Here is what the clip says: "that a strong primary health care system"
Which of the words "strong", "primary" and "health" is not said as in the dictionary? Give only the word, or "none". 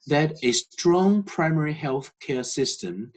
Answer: none